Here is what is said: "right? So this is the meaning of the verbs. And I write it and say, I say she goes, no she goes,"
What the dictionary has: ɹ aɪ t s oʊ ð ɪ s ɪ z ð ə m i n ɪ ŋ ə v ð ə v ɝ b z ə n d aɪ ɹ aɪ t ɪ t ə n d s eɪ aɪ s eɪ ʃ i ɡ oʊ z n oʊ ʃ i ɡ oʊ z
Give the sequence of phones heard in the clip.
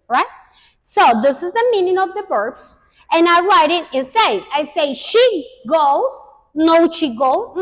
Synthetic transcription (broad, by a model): ɹ aɪ t s oʊ ð ɪ s ɪ z ð ə m i n ɪ ŋ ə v ð ə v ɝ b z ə n aɪ ɹ aɪ t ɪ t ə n s eɪ aɪ s eɪ ʃ i ɡ oʊ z n oʊ ʃ i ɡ oʊ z